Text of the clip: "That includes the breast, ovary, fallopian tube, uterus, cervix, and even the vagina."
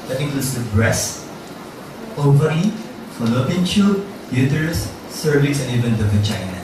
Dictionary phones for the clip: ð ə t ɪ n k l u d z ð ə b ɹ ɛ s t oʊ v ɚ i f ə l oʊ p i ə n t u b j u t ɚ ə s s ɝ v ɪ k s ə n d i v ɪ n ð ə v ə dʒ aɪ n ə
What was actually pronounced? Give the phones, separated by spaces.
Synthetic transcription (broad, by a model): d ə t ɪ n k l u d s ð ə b ɹ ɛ s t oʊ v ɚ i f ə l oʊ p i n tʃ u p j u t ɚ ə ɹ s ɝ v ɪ s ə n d i v ɪ n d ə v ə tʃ aɪ n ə